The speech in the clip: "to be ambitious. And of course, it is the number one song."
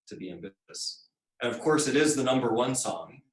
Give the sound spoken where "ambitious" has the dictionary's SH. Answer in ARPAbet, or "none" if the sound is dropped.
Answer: none